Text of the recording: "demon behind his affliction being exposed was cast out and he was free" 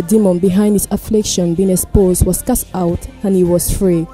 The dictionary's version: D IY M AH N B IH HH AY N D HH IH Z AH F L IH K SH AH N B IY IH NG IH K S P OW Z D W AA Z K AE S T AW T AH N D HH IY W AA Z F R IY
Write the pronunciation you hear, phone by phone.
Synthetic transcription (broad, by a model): D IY M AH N B IH HH AY N D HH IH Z AH F L IH K SH AH N B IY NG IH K S P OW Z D W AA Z K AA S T AW T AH N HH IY W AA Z F R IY